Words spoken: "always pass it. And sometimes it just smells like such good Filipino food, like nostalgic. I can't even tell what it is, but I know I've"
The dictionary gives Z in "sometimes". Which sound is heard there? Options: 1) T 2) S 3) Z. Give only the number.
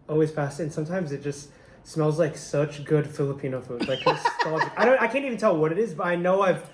3